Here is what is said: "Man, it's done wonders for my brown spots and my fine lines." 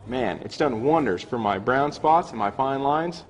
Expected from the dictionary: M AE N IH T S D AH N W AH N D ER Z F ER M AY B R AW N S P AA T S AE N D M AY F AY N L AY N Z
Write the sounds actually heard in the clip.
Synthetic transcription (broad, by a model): M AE N IH T S D AH N W AH N D ER Z F ER M AY B R AW N S P AA T S N M AY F AY N L AY N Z